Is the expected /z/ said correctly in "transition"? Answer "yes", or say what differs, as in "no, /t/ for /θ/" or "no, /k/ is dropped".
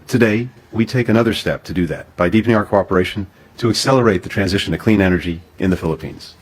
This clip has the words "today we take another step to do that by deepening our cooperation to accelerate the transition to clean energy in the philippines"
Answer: yes